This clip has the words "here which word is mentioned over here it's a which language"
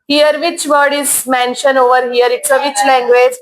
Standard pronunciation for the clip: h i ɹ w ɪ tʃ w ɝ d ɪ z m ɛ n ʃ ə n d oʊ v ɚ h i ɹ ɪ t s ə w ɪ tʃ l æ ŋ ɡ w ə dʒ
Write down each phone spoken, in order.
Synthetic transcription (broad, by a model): h i ɹ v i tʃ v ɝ d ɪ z m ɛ n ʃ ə n oʊ v ɚ h i ɹ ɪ t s ə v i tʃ l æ ŋ ɡ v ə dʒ